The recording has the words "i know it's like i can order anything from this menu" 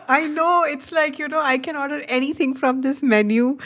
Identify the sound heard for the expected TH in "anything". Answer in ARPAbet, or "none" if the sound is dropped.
T